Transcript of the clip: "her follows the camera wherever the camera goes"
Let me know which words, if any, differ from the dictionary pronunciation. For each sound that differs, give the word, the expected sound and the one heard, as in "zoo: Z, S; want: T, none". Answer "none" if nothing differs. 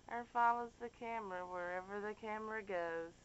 none